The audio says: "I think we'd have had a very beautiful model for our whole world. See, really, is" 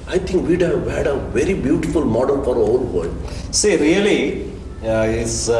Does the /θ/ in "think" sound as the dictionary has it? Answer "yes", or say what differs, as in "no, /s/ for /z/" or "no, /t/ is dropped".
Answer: no, /t/ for /θ/